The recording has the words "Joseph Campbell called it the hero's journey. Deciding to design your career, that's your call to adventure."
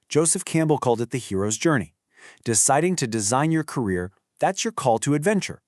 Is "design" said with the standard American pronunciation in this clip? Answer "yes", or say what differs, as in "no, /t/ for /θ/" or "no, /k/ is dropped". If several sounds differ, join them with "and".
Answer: yes